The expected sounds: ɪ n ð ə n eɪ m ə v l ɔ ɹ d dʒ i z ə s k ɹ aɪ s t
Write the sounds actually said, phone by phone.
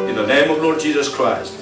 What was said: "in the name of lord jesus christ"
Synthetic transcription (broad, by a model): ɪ n ð ə n eɪ m ə v l ɔ ɹ d dʒ i z ə s k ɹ aɪ s t